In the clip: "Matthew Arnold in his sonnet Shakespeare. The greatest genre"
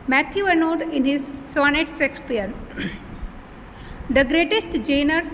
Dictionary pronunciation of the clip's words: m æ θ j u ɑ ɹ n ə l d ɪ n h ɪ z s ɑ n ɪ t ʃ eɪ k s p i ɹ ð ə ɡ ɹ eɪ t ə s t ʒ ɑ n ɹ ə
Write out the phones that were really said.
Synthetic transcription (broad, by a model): m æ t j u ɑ n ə d ɪ n h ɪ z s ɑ n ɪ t s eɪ k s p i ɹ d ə ɡ ɹ eɪ t ə s t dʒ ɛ n ɹ